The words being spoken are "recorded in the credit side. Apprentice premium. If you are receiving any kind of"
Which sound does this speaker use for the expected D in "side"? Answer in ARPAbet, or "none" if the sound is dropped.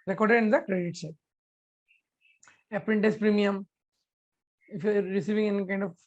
none